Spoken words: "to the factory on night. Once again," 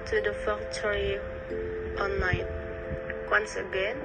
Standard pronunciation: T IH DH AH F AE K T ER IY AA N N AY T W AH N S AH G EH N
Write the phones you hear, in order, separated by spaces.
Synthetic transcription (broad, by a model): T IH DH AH F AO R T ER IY AA N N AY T W AH N S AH G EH N